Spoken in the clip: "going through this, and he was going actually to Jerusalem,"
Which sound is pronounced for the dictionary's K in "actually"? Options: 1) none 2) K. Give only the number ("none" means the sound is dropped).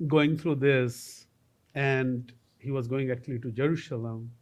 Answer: 2